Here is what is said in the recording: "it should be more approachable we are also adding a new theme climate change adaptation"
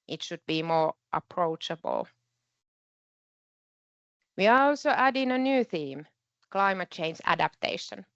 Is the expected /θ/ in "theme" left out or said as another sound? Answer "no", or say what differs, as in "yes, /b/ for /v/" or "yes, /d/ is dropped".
no